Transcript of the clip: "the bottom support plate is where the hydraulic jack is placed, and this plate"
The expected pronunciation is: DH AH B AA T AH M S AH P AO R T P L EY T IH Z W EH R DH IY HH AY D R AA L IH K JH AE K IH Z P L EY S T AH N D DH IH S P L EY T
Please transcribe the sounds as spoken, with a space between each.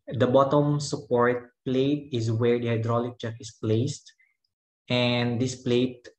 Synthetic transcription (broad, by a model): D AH B AA T AH M S AH P AO R T P L EY T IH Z W EH R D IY HH AY D R AA L IH K CH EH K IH S P L EY S T AH N D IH S P L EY T